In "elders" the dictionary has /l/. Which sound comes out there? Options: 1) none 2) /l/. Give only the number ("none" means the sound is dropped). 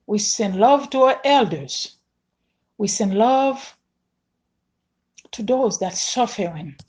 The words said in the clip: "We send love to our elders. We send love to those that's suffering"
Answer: 2